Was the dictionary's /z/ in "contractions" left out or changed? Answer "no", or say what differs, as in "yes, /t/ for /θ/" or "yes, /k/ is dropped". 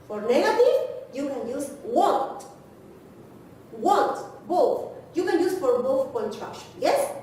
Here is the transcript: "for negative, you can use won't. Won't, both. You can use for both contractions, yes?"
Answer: yes, /z/ is dropped